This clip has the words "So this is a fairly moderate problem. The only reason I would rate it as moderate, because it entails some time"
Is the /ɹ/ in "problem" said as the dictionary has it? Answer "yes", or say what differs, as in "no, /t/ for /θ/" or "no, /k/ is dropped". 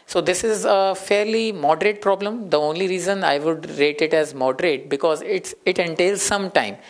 yes